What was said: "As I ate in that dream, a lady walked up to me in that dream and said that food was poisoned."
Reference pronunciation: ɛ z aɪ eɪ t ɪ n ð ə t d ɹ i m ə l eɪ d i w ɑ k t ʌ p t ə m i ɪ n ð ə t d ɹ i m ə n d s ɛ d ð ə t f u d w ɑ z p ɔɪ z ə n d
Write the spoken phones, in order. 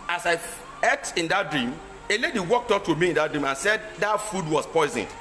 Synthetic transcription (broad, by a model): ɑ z aɪ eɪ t ɪ n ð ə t d ɹ i m ə l eɪ d i w ɑ k t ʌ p t ə m i ɪ n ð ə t d ɹ i m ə n s ɛ d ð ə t f u d w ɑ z p ɔɪ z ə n